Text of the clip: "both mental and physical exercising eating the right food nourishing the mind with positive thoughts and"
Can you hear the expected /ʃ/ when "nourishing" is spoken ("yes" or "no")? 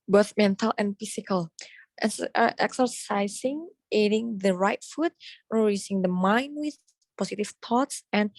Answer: no